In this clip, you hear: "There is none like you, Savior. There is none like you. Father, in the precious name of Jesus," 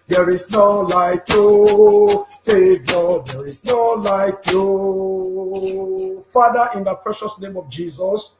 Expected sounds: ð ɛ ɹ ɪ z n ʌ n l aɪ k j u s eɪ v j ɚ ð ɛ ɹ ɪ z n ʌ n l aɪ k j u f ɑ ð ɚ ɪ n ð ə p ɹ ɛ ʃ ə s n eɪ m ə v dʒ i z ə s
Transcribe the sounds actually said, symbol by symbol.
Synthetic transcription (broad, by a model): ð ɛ ɹ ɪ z n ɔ l aɪ k j u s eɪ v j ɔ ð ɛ ɹ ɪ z n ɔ l aɪ k j u f ɑ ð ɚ ɪ n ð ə p ɹ ɛ ʃ ə s n eɪ m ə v dʒ i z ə s